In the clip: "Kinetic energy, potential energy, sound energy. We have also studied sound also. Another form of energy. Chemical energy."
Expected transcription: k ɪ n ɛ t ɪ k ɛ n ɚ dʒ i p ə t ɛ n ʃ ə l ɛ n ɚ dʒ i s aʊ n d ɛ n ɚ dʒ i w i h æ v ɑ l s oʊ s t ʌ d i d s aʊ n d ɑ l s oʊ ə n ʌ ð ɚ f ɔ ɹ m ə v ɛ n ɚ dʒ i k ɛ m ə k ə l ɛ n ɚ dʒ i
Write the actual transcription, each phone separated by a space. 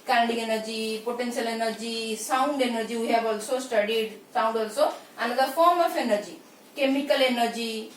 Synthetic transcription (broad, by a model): k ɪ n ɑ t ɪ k ɛ n ɚ dʒ i p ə t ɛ n s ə l ɛ n ɚ dʒ i s aʊ n d ɛ n ɚ dʒ i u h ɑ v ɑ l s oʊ s t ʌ d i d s aʊ n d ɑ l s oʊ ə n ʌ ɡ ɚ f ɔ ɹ m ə p ɛ n ɚ dʒ i k ɛ m ə k ə l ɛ n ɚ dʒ i